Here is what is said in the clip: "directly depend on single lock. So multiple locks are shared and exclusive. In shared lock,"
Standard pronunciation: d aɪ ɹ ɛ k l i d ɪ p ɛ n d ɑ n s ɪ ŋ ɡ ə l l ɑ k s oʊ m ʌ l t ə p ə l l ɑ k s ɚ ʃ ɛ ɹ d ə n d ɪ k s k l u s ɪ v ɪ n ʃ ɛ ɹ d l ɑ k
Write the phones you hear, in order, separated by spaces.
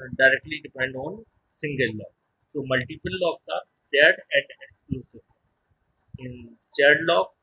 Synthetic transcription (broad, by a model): d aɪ ɹ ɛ k l i d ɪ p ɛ n d ɑ n s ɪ ŋ ɡ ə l l ɑ k s oʊ m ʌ l t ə p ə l l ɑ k ɚ s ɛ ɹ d ə n d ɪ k s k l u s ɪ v ɪ n s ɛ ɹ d l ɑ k